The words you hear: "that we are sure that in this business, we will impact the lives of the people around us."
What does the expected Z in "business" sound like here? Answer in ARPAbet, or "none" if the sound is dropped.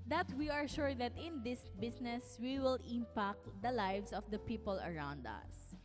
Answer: S